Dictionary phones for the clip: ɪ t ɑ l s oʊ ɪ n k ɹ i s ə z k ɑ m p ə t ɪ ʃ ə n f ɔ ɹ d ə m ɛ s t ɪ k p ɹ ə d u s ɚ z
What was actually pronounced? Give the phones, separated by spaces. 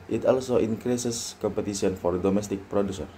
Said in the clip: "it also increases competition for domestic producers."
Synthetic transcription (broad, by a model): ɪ t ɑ l s oʊ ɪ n k ɹ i s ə s k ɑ m p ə t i s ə n f ɔ ɹ d ə m ɛ s t ɪ k p ɹ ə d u s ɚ